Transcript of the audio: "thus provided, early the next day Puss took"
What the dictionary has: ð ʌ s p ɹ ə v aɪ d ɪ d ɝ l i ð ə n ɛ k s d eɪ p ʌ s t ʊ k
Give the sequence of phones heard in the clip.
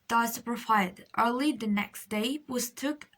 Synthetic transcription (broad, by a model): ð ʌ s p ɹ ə f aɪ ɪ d ɝ l i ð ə n ɛ k s d eɪ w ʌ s t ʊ k